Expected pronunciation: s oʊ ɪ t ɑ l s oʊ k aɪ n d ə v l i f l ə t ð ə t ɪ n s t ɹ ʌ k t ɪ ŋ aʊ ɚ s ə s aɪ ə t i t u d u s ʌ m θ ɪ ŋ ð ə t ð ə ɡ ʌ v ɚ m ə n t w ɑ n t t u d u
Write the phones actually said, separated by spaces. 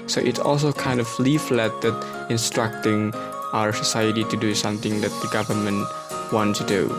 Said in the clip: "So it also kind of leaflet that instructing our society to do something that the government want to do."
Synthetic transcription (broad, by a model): s oʊ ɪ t ɑ l s oʊ k aɪ n d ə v l i f l ə t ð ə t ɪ n s t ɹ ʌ k t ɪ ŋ aʊ ɚ s ə s aɪ ə t i t u d u s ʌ m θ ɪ ŋ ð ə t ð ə ɡ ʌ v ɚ m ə n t w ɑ n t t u d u